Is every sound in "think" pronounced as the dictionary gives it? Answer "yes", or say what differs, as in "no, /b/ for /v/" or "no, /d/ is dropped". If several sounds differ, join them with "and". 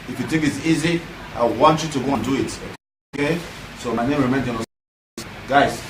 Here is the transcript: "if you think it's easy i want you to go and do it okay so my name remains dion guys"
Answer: no, /t/ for /θ/